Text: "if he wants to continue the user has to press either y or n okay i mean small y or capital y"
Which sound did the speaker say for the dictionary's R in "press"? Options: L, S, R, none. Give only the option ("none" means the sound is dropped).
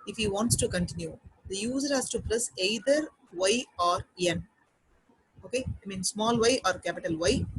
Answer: L